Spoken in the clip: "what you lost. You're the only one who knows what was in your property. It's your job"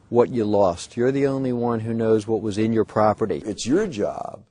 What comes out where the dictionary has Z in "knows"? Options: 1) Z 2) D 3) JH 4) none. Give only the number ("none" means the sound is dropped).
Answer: 1